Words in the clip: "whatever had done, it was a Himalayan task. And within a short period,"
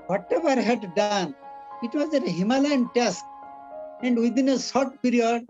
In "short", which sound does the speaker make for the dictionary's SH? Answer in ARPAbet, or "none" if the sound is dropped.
S